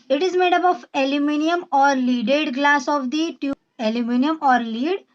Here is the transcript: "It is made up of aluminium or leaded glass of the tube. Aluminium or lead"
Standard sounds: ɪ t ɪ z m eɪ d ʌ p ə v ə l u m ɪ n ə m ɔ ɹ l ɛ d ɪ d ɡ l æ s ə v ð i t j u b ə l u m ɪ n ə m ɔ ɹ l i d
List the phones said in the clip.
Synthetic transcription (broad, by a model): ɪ t ɪ z m eɪ d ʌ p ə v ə l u m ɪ n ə m ɔ ɹ l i d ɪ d ɡ l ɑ s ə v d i t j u ə l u m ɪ n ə m ɔ ɹ l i d